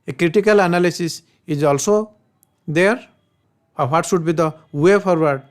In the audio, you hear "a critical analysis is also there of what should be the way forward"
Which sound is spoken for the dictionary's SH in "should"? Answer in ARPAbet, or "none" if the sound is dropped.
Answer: S